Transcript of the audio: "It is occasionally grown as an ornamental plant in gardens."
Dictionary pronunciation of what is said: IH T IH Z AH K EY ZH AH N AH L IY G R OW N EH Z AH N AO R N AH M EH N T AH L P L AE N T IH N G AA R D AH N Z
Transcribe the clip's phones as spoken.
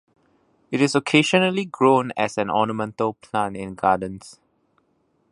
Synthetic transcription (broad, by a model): IH T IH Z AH K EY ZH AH N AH L IY G R OW N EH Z AH N AO N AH M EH N T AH L P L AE N IH N G AA D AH N S